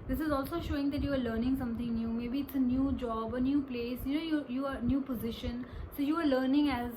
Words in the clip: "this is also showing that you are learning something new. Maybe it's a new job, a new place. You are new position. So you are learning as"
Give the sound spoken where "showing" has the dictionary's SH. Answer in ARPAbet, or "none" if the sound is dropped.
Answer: SH